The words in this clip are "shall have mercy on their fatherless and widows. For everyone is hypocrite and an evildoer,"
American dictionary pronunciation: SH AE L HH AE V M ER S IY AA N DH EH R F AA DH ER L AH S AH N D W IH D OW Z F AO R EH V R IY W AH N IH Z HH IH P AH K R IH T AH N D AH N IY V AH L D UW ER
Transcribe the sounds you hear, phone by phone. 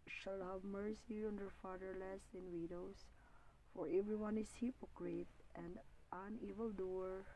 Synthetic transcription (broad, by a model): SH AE L HH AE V M ER S IY AA N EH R F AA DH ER L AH S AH N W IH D OW S F AO R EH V R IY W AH N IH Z HH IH P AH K R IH T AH N D AH N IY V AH L D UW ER